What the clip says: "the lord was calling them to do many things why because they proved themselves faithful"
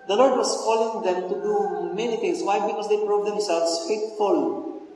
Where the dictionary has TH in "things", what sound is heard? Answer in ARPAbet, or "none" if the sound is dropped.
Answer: T